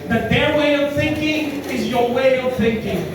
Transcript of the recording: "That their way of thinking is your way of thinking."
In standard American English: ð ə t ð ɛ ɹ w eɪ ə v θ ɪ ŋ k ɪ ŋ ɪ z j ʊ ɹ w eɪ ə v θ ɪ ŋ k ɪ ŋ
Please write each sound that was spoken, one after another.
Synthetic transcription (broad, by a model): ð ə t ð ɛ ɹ w eɪ ə v θ ɪ ŋ k ɪ ŋ ɪ z j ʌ ɹ w eɪ ə v θ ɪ ŋ k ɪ ŋ